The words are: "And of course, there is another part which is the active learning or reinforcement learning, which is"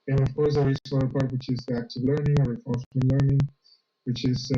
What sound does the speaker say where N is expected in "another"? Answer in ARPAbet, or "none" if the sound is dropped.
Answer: none